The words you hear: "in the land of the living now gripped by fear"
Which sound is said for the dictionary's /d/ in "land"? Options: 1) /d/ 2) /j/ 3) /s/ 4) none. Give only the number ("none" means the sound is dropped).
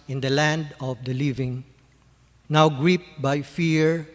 1